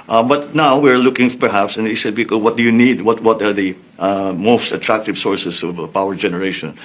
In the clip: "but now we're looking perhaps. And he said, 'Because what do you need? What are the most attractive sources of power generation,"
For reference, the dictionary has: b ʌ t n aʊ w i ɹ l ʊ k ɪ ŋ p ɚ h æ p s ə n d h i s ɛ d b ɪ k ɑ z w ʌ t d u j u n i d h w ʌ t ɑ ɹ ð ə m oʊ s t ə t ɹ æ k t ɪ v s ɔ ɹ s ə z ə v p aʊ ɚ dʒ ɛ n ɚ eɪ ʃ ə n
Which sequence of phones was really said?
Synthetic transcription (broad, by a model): b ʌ t n aʊ w i ɹ l ʊ k ɪ ŋ p ɚ h æ p s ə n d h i s ɛ d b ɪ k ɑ w ʌ t d u j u n i d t w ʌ t ɑ ɹ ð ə m oʊ s t ə t ɹ æ k t ɪ v s ɔ ɹ s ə s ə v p aʊ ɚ dʒ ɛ n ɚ eɪ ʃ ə n